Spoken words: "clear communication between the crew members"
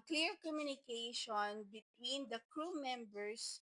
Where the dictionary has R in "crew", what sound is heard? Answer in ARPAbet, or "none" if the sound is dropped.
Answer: R